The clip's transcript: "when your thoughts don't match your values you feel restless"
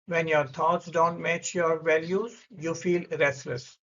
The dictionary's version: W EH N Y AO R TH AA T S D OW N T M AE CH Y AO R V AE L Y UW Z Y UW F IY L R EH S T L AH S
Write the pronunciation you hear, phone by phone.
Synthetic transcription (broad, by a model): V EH N Y AO R T AA T S D OW N T M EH CH Y AO R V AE L Y UW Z Y UW F IY L R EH S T L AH S